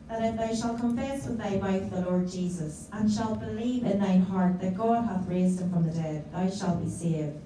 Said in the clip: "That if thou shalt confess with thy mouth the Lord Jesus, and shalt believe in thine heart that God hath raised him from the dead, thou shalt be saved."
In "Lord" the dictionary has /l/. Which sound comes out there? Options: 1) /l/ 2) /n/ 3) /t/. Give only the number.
1